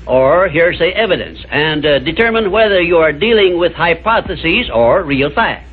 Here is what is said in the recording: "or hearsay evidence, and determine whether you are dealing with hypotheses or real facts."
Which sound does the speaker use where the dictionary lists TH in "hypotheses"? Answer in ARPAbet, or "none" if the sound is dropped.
TH